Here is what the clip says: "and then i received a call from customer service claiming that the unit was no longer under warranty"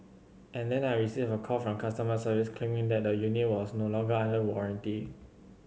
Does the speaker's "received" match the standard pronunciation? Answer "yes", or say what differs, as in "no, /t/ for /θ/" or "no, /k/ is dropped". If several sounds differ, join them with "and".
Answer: no, /d/ is dropped